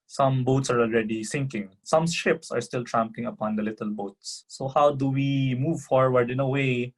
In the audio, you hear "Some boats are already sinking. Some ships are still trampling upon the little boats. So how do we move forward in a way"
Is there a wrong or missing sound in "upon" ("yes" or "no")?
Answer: no